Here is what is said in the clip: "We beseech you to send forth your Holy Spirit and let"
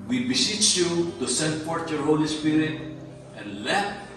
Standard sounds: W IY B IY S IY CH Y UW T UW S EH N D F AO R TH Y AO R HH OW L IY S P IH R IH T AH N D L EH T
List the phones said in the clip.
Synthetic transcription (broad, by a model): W IY B IY S IY CH Y UW T UW S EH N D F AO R T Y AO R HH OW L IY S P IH R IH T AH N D L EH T